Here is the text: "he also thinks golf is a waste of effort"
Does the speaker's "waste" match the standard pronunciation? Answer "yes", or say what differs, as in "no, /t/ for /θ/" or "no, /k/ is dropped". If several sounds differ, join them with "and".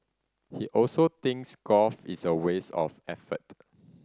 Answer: no, /t/ is dropped